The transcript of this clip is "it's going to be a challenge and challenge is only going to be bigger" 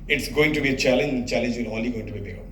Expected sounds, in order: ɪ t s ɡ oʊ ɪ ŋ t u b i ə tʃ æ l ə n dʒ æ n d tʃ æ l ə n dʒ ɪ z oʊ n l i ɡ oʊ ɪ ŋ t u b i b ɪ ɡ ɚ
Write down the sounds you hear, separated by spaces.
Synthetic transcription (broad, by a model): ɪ t s ɡ oʊ ɪ ŋ t u b i ə tʃ æ l ə n dʒ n tʃ æ l ə n dʒ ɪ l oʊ l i ɡ oʊ ɪ ŋ t u b i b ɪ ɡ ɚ